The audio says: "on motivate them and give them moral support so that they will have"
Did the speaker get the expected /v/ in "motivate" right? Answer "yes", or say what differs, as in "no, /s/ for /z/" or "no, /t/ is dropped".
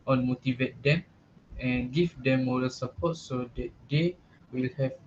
yes